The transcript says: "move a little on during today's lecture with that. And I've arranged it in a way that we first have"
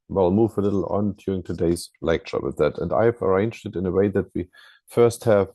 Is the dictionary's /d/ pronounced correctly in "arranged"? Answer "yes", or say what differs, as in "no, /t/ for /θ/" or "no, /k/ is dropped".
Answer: yes